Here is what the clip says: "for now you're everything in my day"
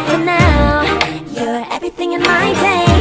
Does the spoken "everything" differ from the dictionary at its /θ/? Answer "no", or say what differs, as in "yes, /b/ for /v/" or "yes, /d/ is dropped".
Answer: no